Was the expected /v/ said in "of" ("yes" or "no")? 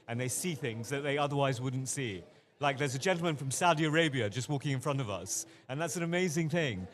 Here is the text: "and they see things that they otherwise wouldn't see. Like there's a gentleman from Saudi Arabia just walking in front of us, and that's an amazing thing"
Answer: yes